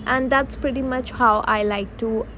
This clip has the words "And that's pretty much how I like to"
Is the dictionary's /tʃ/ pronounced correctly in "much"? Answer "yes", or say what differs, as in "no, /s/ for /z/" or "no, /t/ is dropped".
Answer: yes